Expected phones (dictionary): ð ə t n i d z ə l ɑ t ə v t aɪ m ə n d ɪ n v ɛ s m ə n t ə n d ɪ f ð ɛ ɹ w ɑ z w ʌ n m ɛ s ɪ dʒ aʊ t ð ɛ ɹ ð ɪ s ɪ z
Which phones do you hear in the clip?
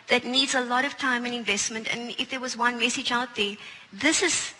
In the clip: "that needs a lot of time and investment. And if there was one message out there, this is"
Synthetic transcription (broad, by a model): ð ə t n i d z ə l ɑ t ə v t aɪ m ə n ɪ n v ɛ s m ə n t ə n ɪ f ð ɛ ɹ w ɑ z w ʌ n m ɛ s ɪ dʒ aʊ t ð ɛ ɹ ð ɪ s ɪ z